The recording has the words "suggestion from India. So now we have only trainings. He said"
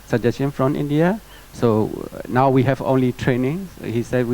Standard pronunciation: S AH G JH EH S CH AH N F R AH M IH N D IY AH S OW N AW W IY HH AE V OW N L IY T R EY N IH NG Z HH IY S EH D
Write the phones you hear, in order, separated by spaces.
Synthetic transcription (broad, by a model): S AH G JH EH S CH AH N F R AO M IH N D IY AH S OW N AW W IY HH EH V OW N L IY T R EY N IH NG HH IY S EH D